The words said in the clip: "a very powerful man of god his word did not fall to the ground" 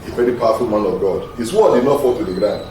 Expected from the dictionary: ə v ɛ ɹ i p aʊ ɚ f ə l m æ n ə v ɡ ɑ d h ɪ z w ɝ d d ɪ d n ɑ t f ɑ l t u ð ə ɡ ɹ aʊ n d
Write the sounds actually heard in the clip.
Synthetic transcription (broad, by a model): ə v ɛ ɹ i p aʊ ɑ f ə l m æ n ə v ɡ ɑ d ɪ s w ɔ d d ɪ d n ɑ t f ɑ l t u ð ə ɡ ɹ aʊ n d